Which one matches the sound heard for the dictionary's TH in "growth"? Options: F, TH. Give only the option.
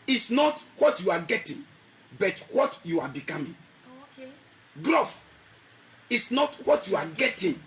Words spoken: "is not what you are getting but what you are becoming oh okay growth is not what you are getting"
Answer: F